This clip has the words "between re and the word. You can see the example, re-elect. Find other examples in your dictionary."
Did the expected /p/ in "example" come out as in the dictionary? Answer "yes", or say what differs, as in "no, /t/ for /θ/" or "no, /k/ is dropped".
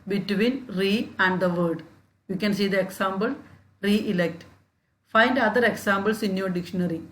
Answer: no, /b/ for /p/